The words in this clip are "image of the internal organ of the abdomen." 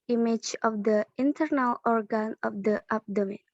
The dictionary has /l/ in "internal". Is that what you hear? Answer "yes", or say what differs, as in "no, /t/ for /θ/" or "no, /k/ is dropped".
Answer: yes